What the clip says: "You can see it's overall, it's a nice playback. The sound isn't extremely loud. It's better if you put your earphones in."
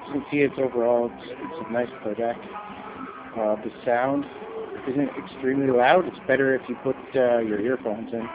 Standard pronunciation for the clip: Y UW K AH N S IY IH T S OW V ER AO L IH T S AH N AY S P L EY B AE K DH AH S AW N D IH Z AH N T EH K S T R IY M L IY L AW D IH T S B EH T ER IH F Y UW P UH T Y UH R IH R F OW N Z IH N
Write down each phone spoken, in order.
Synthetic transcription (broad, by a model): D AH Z N S IY IH T S OW V ER AO L IH T S AH N AY S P EY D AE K DH AH S AW N D IH Z AH N T EH K S T R IY M L IY L AW D IH T S B EH T ER IH F Y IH P UH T Y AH R IH R F OW N Z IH N